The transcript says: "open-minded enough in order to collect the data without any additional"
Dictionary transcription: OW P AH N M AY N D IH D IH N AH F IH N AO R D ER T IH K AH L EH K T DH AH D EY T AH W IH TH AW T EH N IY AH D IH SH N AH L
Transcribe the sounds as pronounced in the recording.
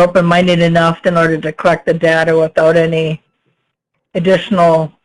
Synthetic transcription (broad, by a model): OW P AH N M AY N D IH D IH N AH F IH N AO R D ER T IH K AH L EH K T DH AH D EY T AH W IH TH AW T EH N IY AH D IH SH N L